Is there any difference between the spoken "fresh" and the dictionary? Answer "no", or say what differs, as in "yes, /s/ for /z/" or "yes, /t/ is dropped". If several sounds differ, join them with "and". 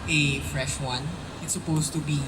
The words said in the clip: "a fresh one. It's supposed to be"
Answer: no